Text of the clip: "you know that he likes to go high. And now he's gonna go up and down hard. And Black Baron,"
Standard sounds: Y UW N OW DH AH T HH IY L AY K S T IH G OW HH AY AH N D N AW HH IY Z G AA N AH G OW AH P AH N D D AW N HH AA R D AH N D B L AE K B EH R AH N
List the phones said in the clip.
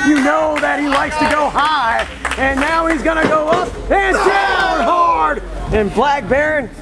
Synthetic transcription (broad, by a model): Y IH N OW DH AH T HH IY L AY K S T IH G OW HH AY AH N N AW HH IY Z G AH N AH G OW AH P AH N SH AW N HH AA R D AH N B L AE K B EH R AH N